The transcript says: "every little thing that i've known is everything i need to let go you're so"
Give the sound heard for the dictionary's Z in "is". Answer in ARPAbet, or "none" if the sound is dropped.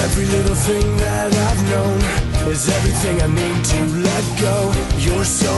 Z